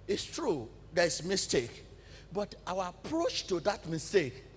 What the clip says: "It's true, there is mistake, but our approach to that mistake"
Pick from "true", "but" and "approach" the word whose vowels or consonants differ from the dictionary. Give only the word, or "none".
none